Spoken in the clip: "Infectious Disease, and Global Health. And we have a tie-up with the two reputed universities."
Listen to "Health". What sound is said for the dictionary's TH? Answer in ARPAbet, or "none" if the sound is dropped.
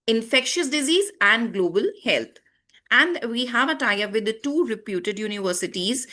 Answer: T